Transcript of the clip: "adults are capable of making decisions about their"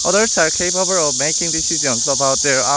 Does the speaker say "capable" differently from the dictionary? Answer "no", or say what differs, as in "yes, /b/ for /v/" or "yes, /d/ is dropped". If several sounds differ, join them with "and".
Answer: yes, /b/ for /p/